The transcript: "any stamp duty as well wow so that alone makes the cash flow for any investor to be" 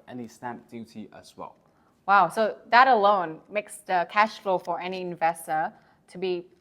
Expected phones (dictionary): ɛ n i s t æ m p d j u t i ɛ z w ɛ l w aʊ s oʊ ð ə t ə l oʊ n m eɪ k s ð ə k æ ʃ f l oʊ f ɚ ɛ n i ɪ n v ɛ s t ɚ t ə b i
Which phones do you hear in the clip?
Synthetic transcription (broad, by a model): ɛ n i s t æ m p d j u t i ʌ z w ɛ l w aʊ s oʊ ð ə t ə l oʊ n m eɪ k s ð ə k æ ʃ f l oʊ f ɚ ɛ n i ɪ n v ɛ s t ɚ t ə b i